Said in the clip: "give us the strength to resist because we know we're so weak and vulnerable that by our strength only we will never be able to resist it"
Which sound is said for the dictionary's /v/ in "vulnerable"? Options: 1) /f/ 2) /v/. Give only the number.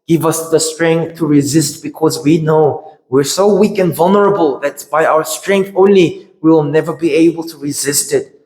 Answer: 2